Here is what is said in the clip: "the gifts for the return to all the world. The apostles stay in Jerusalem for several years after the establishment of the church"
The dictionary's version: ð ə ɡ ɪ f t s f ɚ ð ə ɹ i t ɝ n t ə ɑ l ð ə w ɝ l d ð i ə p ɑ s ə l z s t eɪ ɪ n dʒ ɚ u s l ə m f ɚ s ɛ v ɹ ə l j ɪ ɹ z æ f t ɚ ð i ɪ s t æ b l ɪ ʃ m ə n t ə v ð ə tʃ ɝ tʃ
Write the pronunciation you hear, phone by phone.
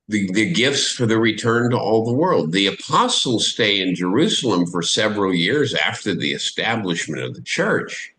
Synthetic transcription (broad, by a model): ð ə ɡ ɪ f t s f ɚ ð ə ɹ i t ɝ n t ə ɑ l ð ə w ɝ l d ð i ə p ɑ s l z s t eɪ ɪ n dʒ ɚ u s l ə m f ɚ s ɛ v ɹ l j ɪ ɹ z æ f t ɚ ð i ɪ s t æ b l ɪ ʃ m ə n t ə v ð ə tʃ ɝ tʃ